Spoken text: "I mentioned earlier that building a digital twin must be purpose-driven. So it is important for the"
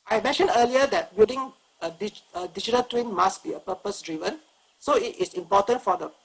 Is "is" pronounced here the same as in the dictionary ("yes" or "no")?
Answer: no